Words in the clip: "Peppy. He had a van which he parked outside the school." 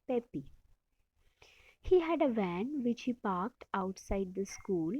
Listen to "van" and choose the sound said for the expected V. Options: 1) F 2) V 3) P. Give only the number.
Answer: 2